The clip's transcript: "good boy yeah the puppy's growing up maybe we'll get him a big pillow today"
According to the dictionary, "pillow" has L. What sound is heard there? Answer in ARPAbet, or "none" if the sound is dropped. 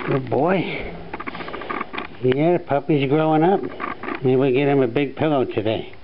L